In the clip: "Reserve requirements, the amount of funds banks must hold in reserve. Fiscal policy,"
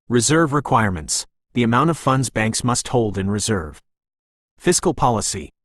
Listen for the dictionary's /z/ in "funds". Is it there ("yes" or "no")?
yes